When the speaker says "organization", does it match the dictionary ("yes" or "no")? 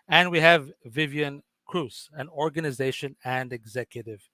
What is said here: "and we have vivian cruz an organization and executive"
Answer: yes